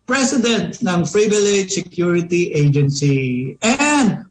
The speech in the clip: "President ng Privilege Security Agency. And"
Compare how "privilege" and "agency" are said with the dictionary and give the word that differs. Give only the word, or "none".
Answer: privilege